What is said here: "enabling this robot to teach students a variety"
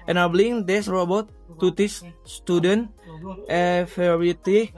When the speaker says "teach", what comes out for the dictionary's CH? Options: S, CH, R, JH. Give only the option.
S